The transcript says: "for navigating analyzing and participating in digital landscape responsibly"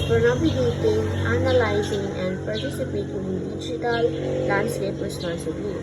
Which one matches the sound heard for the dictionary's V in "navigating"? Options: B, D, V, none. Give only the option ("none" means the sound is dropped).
B